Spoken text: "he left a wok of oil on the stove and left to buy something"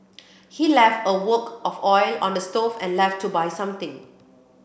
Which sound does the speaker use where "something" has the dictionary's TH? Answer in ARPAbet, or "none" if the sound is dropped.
T